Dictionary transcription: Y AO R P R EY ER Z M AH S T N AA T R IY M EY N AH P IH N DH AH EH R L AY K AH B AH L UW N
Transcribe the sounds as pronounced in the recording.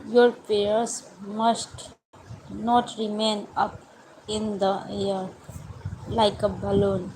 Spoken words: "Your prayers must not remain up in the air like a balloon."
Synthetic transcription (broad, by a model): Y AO R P EY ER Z M AH S T N AA T R IY M EY N AH P IH N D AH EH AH L AY K AH B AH L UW N